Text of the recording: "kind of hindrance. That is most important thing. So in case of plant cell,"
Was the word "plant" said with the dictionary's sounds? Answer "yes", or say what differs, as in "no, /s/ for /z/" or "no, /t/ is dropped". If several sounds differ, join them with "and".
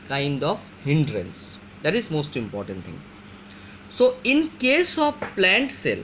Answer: yes